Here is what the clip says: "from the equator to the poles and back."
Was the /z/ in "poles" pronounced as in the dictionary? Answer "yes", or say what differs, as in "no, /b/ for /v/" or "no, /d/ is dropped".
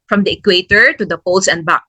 no, /s/ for /z/